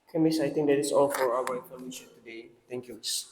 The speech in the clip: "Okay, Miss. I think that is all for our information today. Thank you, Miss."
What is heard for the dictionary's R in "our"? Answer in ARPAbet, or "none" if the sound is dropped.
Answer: W